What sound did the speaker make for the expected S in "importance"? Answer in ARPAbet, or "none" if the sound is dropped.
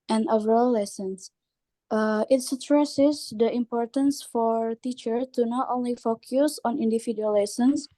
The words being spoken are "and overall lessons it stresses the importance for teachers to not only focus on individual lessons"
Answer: S